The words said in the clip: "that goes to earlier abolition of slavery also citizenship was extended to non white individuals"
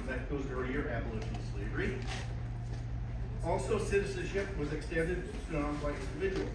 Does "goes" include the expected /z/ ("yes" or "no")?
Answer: yes